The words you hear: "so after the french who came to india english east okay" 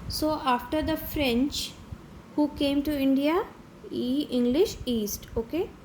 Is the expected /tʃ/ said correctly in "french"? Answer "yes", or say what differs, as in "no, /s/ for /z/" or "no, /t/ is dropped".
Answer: yes